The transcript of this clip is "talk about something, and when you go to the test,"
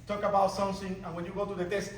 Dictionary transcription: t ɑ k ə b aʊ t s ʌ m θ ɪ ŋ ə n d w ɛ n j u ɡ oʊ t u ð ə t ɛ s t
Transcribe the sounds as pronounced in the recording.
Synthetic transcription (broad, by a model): t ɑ k ə b aʊ t s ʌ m s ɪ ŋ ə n w ɛ n j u ɡ oʊ t u ð ə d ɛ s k